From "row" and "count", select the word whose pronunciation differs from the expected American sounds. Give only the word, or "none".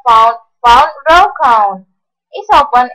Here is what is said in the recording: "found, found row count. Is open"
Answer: count